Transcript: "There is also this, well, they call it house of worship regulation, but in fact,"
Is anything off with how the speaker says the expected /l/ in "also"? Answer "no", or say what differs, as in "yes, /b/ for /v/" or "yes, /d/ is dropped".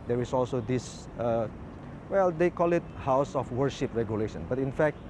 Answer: no